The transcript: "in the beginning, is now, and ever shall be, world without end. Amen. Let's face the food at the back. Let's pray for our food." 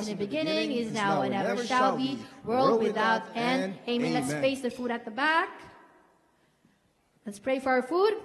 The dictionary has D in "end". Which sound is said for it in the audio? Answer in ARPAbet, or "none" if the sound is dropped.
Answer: none